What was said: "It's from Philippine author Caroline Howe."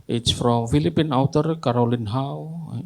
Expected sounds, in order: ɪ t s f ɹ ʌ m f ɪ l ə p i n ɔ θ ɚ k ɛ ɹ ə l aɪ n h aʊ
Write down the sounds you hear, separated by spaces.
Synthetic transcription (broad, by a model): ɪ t s f ɹ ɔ m f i l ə p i n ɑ t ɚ k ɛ ɹ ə l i n h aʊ